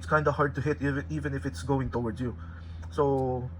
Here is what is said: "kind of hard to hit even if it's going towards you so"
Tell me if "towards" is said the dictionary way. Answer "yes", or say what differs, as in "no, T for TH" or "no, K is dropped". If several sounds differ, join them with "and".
no, Z is dropped